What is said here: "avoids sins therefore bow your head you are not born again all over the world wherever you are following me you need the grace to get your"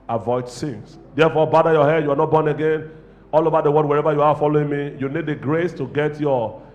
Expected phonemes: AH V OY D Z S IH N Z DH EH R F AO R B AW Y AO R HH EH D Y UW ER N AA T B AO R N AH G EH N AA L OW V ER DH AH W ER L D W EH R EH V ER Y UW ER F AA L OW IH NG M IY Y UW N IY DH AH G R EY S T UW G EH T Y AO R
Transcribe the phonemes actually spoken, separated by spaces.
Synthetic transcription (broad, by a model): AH V OY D S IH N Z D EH F AO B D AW Y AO HH EH D Y UW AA N AA T B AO N AH G EH N AA L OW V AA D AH W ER D W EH R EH V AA Y UW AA F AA L OW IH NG M IY Y UW N IY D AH G R EY S T UW G EH T Y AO